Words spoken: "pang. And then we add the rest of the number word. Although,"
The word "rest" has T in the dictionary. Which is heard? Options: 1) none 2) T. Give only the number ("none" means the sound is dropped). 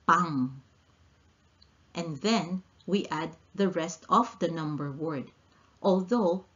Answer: 2